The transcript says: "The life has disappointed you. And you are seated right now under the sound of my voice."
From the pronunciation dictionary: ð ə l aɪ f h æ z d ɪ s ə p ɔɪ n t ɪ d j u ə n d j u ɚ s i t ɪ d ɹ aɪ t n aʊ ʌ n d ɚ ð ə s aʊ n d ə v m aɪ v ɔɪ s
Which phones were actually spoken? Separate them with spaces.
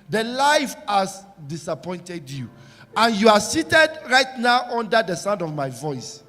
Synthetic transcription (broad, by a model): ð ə l aɪ f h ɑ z d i s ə p ɔɪ n t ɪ d j u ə n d j u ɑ s i t ɪ d ɹ aɪ t n aʊ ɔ n d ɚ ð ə s aʊ n d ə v m aɪ v ɔɪ s